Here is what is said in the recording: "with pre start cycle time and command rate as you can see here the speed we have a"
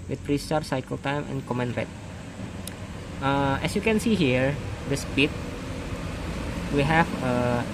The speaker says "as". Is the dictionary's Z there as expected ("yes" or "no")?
no